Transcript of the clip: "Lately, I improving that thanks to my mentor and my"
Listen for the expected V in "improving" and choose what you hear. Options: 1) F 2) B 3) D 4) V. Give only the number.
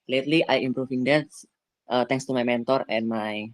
1